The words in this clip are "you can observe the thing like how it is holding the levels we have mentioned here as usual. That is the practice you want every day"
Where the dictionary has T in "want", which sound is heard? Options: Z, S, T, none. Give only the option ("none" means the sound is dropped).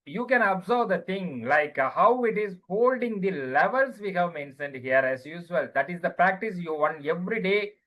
none